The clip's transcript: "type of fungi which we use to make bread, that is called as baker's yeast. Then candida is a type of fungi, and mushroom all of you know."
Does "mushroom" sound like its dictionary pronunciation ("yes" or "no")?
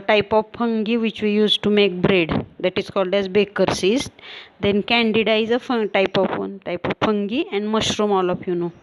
yes